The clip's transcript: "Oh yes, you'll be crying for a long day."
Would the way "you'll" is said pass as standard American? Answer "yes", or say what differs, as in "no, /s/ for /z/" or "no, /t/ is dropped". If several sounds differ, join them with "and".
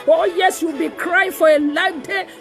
no, /w/ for /l/